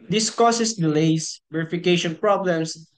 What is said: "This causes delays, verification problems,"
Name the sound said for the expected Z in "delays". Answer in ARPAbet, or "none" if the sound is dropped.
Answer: S